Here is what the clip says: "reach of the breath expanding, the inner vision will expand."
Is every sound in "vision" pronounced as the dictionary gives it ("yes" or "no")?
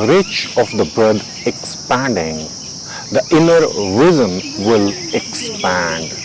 no